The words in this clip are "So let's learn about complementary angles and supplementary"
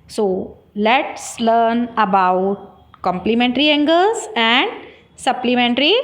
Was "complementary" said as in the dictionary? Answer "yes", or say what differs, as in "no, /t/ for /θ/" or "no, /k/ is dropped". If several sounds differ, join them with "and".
yes